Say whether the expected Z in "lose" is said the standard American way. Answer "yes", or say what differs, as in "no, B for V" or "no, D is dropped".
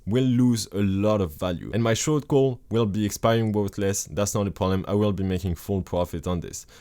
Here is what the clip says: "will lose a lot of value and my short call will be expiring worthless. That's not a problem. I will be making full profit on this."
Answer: yes